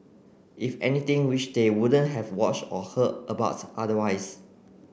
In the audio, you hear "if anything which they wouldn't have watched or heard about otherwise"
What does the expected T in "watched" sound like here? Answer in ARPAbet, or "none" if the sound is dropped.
T